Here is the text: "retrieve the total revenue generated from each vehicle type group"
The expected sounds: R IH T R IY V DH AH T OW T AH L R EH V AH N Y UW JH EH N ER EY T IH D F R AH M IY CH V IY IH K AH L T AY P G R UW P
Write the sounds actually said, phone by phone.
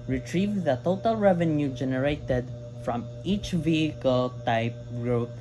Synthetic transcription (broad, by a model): R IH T R IY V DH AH T OW T AH L R EH V AH N Y UW JH EH N ER EY T IH D F R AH M IY CH V IY IH K AH L T AY P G R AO